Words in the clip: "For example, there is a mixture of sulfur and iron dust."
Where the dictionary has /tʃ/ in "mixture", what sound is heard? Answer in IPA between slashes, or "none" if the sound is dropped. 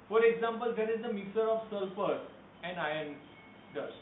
none